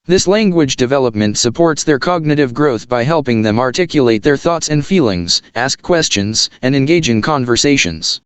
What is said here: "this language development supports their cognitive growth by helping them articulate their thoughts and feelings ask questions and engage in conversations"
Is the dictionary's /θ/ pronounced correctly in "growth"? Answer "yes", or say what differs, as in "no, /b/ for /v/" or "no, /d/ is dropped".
yes